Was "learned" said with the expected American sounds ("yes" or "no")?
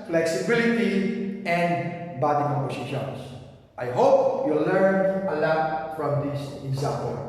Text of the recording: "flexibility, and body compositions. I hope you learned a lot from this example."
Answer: no